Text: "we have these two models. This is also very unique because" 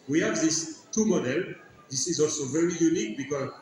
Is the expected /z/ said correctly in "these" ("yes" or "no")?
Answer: no